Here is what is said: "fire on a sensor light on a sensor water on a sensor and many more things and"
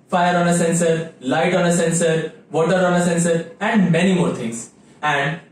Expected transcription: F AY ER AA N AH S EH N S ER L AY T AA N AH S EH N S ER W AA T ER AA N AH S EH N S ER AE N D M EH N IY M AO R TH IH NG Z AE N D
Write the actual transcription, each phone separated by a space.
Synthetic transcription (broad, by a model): F AY ER AA N AH S EH N S ER L AY T AA N AH S EH N S ER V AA T ER AA N AH S EH N S ER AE N D M EH N IY M AO R T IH NG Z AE N D